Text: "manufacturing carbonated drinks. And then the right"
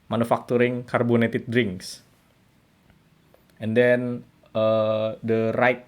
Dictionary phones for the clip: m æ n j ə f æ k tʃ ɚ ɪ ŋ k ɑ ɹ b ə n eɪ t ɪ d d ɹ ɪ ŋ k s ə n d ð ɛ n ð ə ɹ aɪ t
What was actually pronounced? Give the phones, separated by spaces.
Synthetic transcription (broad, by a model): m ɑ n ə f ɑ k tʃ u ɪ ŋ k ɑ ɹ b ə n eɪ t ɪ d d ɹ ɪ ŋ k s ə n d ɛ n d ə ɹ aɪ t